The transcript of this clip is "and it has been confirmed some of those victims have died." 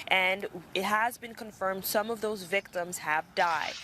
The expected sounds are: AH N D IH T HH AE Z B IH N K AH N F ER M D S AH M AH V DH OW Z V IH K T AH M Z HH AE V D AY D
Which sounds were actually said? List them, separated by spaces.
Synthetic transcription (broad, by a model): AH N IH T HH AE Z B IH N K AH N F ER M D S AH M AH V DH OW Z V IH K T AH M Z HH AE V D AY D